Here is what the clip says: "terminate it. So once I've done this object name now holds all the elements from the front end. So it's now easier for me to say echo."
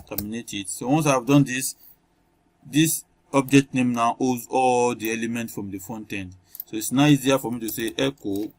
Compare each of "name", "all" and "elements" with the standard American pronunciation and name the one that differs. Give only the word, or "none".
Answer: elements